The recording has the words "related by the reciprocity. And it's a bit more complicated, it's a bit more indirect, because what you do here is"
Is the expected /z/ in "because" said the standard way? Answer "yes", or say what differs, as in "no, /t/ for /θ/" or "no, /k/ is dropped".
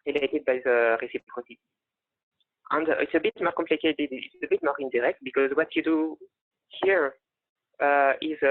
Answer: yes